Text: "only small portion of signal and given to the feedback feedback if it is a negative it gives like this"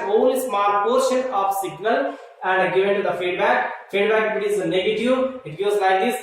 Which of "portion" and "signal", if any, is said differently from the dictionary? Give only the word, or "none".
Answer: none